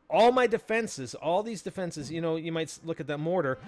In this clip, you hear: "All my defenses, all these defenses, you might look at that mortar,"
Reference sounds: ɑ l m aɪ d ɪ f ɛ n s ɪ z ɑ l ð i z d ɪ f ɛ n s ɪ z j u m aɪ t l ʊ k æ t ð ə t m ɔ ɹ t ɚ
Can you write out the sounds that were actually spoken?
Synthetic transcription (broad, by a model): ɑ l m aɪ d ɪ f ɛ n s ɪ z ɑ l ð i z d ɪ f ɛ n s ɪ z j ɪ m aɪ t l ʊ k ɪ t ð ə t m ɔ ɹ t ɚ